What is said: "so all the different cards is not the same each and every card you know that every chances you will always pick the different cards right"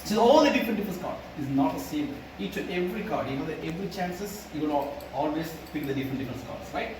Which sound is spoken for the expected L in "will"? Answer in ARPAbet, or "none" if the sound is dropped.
N